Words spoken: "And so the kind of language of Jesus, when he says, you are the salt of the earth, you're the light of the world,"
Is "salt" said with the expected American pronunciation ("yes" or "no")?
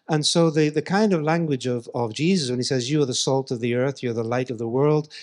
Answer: yes